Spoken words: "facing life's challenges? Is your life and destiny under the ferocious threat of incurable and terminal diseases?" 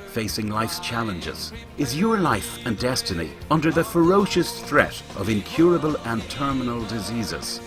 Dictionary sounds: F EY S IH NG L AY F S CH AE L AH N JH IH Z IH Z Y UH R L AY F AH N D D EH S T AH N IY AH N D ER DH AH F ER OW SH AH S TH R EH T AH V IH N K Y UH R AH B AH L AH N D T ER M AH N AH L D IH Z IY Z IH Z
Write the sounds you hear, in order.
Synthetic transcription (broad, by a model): F EY S IH NG L AY F S CH AE L AH N JH IH Z IH Z Y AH R L AY F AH N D D EH S T AH N IY AH N D ER DH AH F ER OW SH AH S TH R EH T AH V IH N K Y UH R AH B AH L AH N T ER M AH N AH L D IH Z IY Z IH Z